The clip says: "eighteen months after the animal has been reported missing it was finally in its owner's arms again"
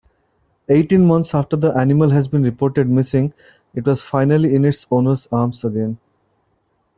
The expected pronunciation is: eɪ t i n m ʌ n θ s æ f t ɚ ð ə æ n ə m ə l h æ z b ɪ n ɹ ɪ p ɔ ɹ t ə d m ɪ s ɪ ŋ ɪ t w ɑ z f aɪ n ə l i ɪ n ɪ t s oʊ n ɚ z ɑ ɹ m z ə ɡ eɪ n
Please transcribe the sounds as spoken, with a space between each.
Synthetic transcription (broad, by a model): eɪ t i n m ʌ n t s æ f t ɚ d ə æ n ə m ə l h æ z b ɪ n ɹ ɪ p ɔ ɹ t ə d m ɪ s ɪ ŋ ɪ t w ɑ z f aɪ n ə l i ɪ n ɪ t s oʊ n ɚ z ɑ ɹ m s ə ɡ eɪ n